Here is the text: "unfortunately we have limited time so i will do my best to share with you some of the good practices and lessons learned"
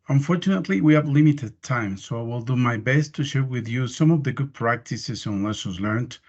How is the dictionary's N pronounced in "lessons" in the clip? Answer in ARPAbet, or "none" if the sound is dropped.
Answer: none